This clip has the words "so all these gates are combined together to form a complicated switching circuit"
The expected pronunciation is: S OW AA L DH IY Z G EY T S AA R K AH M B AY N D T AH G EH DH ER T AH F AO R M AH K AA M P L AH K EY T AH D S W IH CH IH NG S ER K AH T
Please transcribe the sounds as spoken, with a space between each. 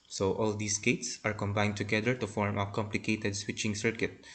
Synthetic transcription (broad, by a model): S OW AA L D IY S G EY T S AA R K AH M B AY N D T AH G EH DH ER T AH F AO R M AH K AA M P L AH K EY T AH D S W IH CH IH NG S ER K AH T